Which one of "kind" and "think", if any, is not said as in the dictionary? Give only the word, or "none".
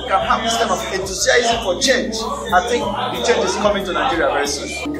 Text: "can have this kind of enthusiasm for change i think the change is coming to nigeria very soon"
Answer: kind